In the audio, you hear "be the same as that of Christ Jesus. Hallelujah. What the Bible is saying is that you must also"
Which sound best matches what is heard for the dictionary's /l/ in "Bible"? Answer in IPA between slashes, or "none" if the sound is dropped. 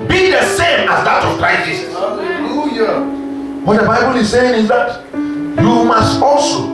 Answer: /l/